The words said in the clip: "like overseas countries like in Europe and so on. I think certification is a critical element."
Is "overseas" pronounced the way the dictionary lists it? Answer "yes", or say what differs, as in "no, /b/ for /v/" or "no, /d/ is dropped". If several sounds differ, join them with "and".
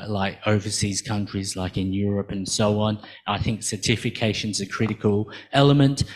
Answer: yes